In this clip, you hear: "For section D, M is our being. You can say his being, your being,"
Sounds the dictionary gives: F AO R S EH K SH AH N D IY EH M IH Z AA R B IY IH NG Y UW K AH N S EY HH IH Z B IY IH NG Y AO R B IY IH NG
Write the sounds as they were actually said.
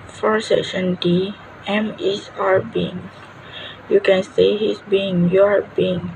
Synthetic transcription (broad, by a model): F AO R S EH K SH AH N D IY EH M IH S AA R B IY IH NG Y UW K AH N S EY HH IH S B IY IH NG Y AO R B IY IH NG